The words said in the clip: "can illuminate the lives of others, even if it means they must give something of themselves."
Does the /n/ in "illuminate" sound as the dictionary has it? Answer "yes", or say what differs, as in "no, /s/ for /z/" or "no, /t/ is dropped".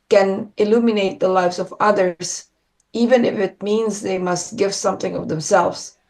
yes